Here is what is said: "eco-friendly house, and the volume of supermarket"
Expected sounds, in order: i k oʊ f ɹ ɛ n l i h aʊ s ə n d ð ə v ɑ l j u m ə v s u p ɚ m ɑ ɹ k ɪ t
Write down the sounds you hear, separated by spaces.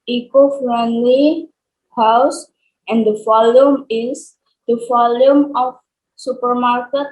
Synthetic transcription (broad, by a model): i k oʊ f ɹ ɛ n l i h aʊ s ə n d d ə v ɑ l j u m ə f s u p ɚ m ɑ ɹ k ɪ t